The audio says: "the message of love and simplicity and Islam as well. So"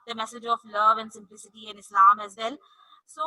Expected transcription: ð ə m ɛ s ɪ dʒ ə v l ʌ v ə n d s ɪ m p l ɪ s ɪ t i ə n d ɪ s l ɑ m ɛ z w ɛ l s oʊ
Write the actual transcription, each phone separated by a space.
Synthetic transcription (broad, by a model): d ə m ɛ s ɪ dʒ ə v l ʌ v ə n d s ɪ m p l ɪ s ɪ t i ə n ɪ s l ɑ m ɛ z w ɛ l s oʊ